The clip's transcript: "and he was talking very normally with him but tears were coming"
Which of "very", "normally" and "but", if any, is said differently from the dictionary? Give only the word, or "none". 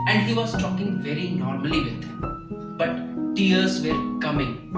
normally